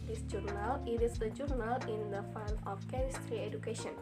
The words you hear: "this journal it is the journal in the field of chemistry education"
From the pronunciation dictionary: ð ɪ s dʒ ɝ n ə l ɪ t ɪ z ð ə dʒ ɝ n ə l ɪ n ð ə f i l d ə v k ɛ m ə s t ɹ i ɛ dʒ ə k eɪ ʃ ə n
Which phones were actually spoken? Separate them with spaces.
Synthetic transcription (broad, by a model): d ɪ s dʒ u n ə l ɪ t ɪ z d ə dʒ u n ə l ɪ n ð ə f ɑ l ə f k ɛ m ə s t ɹ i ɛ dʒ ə k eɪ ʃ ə n